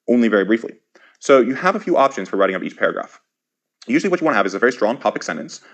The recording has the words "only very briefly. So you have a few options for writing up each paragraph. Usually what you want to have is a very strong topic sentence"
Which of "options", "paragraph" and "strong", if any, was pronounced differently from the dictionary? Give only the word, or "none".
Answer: none